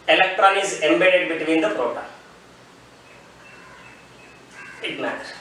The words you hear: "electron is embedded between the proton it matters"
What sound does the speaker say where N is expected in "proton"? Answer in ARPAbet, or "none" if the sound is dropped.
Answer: none